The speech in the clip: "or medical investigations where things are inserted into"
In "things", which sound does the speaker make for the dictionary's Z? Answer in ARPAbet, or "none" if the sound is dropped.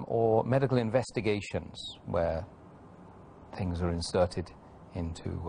Z